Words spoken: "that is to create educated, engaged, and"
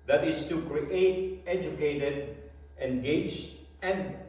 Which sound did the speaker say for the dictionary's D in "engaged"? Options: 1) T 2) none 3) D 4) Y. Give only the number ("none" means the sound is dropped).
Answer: 2